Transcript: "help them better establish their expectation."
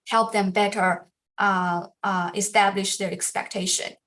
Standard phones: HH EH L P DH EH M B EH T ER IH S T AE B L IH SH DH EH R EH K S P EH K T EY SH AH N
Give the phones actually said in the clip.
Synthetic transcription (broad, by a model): HH EH L P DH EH M B EH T ER IH S T AE B L IH SH DH EH R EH K S P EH K T EY SH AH N